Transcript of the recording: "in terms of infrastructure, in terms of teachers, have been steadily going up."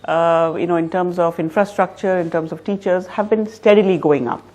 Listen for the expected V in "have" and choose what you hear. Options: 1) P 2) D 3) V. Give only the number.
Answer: 3